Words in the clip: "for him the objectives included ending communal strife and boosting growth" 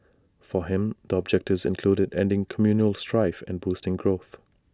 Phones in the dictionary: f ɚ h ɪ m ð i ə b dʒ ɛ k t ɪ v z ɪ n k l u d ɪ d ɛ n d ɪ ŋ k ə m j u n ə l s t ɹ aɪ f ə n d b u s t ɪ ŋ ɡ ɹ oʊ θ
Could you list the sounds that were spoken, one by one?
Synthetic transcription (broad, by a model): f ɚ h ɪ m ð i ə b dʒ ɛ k t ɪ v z ɪ n k l u d ɪ d ɛ n d ɪ ŋ k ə m j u n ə l s t ɹ aɪ f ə n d b u s t ɪ ŋ ɡ ɹ oʊ θ